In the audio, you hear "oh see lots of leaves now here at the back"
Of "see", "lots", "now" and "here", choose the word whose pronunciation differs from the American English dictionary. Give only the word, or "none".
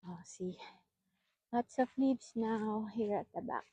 lots